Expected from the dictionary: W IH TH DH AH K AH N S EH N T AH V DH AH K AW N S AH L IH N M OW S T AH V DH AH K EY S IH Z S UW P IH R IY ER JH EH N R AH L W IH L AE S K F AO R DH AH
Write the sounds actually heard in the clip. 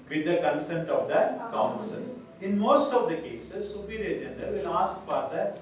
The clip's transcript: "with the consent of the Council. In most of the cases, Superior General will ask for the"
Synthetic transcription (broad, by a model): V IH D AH K AH N S EH N T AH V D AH K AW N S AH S IH N M OW S T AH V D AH K EY S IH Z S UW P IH R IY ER JH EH N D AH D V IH L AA S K P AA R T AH